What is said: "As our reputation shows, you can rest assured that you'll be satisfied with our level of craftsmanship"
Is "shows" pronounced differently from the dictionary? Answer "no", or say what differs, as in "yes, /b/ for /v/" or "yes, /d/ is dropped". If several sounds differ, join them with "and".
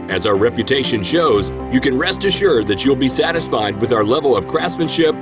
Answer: no